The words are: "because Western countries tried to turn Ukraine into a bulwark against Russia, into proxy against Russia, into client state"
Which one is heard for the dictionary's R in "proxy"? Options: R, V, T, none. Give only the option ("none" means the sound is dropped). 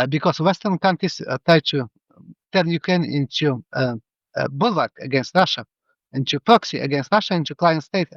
R